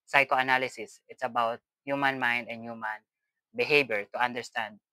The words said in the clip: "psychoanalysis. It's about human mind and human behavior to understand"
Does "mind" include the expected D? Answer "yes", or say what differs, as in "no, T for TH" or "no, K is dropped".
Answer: yes